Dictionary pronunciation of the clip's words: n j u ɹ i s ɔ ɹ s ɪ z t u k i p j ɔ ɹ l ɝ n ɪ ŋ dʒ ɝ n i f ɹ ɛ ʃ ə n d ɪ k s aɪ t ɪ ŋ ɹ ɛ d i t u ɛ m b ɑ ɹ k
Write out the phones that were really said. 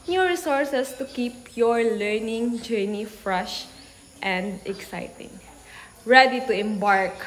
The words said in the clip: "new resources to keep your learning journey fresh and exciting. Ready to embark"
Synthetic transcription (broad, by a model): n j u ɹ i s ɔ ɹ s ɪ s t u k i p j ɔ ɹ l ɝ n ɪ ŋ dʒ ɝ n i f ɹ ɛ ʃ ə n d ɪ k s aɪ t ɪ ŋ ɹ ɛ d i t u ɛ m b ɑ ɹ k